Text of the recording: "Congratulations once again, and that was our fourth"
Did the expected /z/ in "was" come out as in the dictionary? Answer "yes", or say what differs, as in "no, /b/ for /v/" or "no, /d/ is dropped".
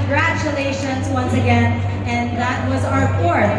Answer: yes